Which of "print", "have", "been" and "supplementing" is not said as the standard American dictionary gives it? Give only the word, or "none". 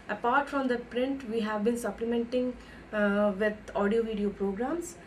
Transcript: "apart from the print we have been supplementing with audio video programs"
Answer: none